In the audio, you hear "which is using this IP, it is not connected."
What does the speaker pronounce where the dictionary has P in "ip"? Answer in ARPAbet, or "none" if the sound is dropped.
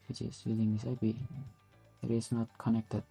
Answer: B